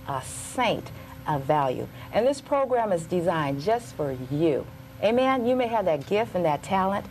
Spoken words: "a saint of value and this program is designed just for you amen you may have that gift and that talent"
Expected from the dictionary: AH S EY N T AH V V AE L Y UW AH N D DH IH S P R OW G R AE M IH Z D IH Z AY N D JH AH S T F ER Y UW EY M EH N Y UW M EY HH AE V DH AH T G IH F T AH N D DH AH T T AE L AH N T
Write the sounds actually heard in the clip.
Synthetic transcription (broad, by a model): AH S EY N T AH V V AE L Y UW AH N DH IH S P R OW G R AE M IH Z D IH Z AY N JH AH S T F ER Y UW EY M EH N Y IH M EY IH V DH AH T G IH F T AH N DH AH T T AE L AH N T